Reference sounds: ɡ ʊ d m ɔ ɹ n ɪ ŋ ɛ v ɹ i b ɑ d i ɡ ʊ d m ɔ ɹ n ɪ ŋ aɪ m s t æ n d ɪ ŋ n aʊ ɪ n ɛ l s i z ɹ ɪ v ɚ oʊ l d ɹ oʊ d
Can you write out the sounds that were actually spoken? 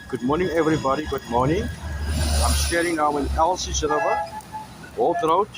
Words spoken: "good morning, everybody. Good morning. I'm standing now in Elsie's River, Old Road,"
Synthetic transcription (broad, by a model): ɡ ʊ d m ɔ ɹ n ɪ ŋ ɛ v ɹ i b ɑ d i ɡ ʊ d m ɔ ɹ n ɪ ŋ aɪ m s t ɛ d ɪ ŋ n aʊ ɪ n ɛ l s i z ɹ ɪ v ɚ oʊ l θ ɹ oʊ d